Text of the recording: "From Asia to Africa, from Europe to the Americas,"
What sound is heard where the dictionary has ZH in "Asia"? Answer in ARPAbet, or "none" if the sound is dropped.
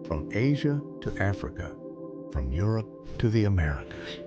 ZH